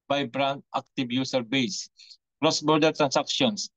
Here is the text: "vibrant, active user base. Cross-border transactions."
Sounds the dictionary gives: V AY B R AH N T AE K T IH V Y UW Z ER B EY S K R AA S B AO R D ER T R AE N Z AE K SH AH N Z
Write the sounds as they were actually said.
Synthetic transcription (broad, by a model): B AY B R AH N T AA K T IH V Y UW S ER B EY S K R AA S B AO R D ER T R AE N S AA K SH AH N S